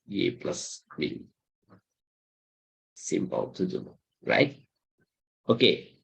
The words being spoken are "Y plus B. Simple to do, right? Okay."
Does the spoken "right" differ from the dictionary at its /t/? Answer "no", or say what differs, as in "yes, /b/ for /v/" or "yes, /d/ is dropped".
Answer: no